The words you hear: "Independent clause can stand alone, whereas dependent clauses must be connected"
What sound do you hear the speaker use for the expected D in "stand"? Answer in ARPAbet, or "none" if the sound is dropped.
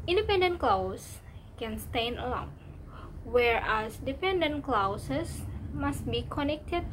none